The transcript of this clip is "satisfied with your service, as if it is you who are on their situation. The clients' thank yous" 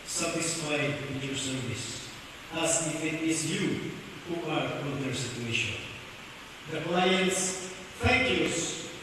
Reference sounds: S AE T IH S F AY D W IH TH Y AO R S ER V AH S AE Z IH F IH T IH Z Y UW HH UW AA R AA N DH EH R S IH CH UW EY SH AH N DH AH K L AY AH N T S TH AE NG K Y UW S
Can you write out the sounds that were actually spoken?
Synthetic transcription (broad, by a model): S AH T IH S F AY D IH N Y AO R S ER V AH S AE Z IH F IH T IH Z Y UW HH UW AA R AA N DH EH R S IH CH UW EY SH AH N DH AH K L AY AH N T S F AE K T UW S